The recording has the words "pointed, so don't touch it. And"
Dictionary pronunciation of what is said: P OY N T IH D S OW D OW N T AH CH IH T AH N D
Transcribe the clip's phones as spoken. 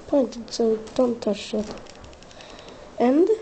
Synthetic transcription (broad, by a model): P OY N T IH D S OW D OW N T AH SH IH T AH N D